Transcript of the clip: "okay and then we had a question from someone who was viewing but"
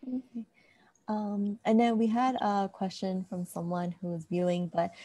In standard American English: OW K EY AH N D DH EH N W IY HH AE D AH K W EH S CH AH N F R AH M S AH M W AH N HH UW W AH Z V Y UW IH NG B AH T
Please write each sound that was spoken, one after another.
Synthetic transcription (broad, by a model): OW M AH N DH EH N W IY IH D AH K W EH S CH AH N F R AH M S AH M W AH N HH UW W AH Z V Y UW IH NG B AH T